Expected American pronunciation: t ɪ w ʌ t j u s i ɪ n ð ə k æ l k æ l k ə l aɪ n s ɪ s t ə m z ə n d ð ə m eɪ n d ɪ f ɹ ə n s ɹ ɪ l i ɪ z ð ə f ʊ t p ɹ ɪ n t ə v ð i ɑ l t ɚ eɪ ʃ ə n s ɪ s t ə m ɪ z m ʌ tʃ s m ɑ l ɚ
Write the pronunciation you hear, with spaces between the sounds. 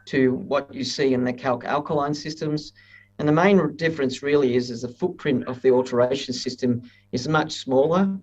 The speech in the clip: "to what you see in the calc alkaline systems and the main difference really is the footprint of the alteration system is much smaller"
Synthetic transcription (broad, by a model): t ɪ w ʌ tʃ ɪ s i ɪ n ð ə k æ l k æ l k ə l aɪ n s ɪ s t ə m z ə n ð ə m eɪ n d ɪ f ɹ ə n s ɹ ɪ l i ɪ z ð ə f ʊ t p ɹ ɪ n t ə v ð i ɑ l t ɚ eɪ ʃ n s ɪ s t ə m ɪ z m ʌ tʃ s m ɑ l ɚ